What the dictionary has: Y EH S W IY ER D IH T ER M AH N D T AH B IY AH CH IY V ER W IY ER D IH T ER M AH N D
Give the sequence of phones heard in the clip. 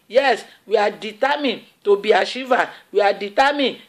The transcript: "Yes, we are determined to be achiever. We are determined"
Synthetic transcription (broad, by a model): Y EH S W IY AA D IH T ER M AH N T AH B IY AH SH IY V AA W IY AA D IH T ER M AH N